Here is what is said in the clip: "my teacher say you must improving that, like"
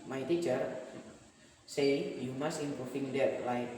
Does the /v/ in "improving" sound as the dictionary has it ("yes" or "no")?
no